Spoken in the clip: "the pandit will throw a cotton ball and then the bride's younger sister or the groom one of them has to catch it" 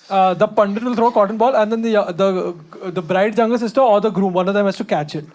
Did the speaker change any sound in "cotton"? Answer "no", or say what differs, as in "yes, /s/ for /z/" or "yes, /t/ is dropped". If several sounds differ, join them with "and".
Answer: no